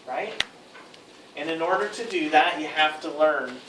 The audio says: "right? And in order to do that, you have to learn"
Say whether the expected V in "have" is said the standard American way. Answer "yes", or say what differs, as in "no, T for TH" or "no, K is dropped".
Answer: no, F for V